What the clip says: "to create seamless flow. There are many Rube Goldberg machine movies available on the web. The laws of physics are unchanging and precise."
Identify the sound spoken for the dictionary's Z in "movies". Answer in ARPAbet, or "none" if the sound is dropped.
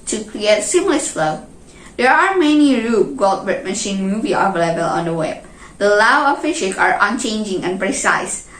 none